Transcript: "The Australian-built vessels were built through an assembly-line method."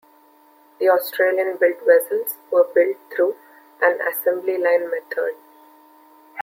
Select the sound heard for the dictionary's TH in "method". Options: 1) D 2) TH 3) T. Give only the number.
3